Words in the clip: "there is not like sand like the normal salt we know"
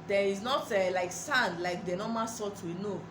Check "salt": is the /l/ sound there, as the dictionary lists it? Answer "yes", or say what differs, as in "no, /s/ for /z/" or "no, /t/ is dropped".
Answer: no, /l/ is dropped